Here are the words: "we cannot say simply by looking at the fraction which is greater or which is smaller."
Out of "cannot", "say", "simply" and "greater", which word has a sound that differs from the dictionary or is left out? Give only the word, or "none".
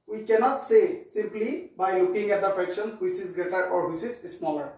none